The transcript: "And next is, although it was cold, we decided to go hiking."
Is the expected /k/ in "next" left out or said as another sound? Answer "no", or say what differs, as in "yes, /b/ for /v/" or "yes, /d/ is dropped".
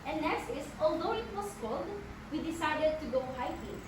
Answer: yes, /k/ is dropped